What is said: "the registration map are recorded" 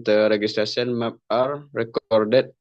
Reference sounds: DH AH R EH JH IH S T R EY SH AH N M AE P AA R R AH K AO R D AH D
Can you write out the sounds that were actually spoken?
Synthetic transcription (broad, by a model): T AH R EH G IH S T R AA S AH N M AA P AA R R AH K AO R D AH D